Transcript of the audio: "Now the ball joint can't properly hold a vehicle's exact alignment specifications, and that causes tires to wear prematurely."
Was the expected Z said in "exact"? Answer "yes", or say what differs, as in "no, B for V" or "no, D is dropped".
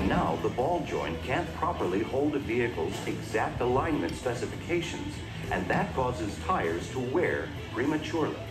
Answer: yes